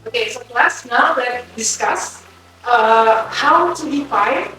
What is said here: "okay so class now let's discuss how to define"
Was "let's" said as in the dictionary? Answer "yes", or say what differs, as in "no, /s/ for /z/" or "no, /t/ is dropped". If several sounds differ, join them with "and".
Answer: no, /s/ is dropped